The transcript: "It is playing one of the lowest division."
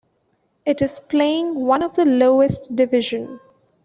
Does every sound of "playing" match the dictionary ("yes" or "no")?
yes